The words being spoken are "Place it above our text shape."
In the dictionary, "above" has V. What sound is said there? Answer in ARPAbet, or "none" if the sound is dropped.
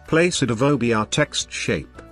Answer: B